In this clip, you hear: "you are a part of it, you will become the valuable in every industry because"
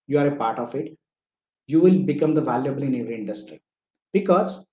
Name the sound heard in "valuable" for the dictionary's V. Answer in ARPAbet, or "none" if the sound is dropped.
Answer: V